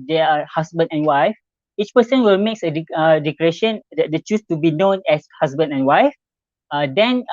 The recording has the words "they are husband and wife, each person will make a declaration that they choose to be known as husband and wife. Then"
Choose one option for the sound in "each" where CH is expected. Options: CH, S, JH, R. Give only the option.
CH